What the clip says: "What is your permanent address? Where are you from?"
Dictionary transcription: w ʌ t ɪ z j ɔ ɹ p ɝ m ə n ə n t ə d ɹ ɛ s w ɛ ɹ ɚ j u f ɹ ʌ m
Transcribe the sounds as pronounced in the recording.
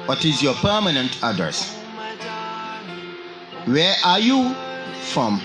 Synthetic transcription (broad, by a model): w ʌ t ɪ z j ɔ p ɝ m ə n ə n t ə d ɛ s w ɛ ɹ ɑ j u f ɹ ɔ m